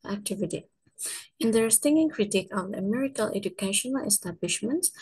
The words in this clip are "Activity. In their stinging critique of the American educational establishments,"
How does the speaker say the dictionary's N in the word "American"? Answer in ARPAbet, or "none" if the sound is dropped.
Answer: L